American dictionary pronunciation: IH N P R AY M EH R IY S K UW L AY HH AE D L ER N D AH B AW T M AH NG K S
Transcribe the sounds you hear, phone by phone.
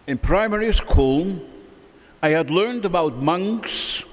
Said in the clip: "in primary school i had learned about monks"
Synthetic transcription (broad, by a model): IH N P R AY M EH R IY S K UW L AY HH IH D L ER N D AH B AW T M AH NG K S